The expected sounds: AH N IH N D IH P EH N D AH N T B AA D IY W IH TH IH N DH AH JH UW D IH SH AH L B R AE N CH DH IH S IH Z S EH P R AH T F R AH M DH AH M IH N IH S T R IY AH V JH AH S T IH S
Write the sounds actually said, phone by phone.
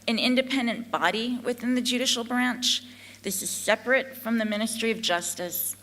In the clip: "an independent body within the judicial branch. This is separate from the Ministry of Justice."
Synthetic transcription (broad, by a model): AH N IH N D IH P EH N D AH N B AA D IY W IH TH IH N DH AH JH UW D IH SH L B R AE N CH DH IH S IH Z S EH P R AH T F R AH M DH AH M IH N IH S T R IY AH V JH AH S T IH S